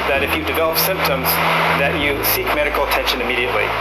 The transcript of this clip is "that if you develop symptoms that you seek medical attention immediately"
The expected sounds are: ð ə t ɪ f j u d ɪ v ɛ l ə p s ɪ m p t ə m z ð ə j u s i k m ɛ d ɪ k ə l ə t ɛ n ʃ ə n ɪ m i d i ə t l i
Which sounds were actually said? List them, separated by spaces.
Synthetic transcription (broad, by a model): ð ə t ɪ f j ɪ d ɪ v ɛ l ə p s ɪ m p t ə m z ð ə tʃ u s i k m ɛ d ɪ k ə l ə t ɛ n ʃ ə n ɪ m i d i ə t l i